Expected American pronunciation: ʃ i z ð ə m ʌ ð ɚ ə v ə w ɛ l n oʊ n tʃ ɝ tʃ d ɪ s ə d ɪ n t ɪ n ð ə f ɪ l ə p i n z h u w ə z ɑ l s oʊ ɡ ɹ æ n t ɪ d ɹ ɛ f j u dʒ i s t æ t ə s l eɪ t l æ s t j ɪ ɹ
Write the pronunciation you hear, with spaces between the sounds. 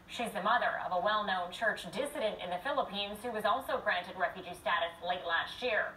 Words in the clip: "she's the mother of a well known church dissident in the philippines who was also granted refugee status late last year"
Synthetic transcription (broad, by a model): ʃ i z ð ə m ʌ ð ɚ ə v ə w ɛ l n oʊ n tʃ ɝ tʃ d ɪ s ə d ɪ n t ɪ n ð ə f ɪ l ə p i n z h u w ə z ɑ l s oʊ ɡ ɹ æ n t ɪ d ɹ ɛ f j u dʒ i s t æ t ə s l eɪ t l æ s t j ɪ ɹ